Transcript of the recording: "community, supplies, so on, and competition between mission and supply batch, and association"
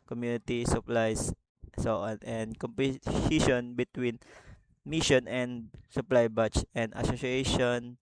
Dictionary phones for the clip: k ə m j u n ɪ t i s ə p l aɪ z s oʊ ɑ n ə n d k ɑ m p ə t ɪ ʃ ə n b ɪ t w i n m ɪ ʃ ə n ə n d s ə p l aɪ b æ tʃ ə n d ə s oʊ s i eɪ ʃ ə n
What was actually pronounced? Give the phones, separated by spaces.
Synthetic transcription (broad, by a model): k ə m j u n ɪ t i s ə p l aɪ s s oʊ ɑ n ə n d k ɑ m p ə s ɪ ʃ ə n b ɪ t w i n m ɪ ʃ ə n ə n d s ə p l aɪ b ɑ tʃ ə n d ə s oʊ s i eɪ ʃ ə n